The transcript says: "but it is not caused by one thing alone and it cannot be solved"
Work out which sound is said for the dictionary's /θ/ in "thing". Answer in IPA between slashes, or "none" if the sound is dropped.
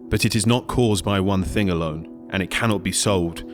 /θ/